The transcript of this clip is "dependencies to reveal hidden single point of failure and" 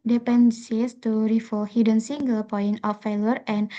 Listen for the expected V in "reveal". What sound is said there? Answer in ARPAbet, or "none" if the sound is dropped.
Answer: F